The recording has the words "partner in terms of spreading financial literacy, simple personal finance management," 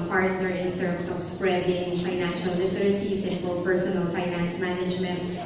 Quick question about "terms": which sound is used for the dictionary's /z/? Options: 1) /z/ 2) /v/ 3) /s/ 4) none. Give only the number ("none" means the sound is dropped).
3